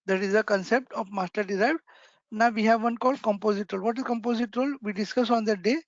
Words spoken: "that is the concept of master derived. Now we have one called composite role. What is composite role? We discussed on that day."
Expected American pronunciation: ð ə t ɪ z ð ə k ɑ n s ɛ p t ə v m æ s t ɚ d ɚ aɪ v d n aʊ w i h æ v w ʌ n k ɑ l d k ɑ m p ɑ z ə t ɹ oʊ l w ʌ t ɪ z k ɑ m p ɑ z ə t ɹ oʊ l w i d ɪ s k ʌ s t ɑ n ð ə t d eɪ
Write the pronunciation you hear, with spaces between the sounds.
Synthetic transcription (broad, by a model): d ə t ɪ z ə k ɑ n s ɛ p t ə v m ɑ s t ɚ d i aɪ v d n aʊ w i h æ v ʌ n k ɑ l d k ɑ m p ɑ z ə t ɹ oʊ l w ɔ t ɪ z k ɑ m p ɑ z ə t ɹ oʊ l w i d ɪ s k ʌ s ɑ n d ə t d eɪ